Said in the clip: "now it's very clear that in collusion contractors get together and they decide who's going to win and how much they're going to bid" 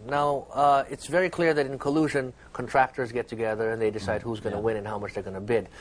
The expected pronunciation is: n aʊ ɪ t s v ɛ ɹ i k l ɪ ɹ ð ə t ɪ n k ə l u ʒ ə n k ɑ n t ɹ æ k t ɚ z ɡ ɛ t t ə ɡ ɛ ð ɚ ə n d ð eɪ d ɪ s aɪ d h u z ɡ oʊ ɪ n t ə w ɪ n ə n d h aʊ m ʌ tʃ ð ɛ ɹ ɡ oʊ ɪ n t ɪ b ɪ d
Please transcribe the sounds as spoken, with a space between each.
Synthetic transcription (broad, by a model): n aʊ ɪ t s v ɛ ɹ i k l ɪ ɹ ð ə t ɪ n k ə l u ʒ ə n k n t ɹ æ k t ɚ z ɡ ɛ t t ə ɡ ɛ ð ɚ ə n ð eɪ d ɪ s aɪ d h u z ɡ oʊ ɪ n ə w ɪ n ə n h aʊ m ʌ tʃ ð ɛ ɹ ɡ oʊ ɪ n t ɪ b ɪ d